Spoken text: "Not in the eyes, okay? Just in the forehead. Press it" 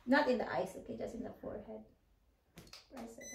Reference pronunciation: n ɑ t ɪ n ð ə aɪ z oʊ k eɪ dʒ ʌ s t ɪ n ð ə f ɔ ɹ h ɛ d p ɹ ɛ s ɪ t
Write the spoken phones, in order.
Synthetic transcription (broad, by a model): n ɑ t ɪ n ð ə aɪ s oʊ k eɪ dʒ ʌ s t ɪ n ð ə f ɔ ɹ h ɛ d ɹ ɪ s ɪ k